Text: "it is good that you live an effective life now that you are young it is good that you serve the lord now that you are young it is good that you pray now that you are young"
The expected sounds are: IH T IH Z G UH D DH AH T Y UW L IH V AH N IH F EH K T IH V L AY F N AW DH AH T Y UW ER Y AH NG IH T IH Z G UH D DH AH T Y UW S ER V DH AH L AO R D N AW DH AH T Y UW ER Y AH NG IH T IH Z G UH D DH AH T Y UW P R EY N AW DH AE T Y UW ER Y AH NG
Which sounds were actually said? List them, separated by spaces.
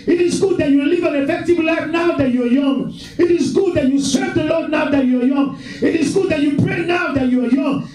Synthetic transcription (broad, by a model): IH T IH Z G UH D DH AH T Y UW L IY V AH N IH F EH K T IH V L AY F N AW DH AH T Y UW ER Y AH NG IH T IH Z G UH D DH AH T Y UW S ER V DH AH L AO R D N AW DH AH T Y UW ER Y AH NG IH T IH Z G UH D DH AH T Y UW P R EY N AW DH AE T Y UW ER Y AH NG